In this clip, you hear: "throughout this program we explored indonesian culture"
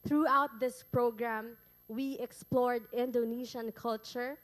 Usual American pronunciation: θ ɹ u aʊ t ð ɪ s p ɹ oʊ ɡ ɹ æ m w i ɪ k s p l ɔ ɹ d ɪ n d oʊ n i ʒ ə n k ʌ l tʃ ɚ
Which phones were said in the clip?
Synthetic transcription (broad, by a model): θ ɹ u aʊ t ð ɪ s p ɹ oʊ ɡ ɹ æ m w i ɪ k s p l ɔ ɹ d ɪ n d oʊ n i ʃ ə n k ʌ l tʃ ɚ